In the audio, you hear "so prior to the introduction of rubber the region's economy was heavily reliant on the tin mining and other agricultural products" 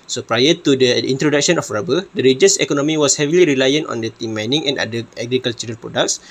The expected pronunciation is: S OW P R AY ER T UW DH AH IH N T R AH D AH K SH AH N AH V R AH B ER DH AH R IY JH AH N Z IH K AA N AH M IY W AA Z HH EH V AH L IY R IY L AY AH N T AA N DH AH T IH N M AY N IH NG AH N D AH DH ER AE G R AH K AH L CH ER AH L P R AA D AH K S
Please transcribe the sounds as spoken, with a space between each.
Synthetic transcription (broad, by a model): S OW P R AY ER T UW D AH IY N T R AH D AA K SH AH N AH F R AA B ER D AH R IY JH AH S IH K AA N AH M IY W AA S HH EH V AH L IY R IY L AY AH N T AA N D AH T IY M AY N IH NG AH N D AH ER G R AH K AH L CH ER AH N P R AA D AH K S